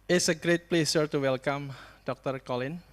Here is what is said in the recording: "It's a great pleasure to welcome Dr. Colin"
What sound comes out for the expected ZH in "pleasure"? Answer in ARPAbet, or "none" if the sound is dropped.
S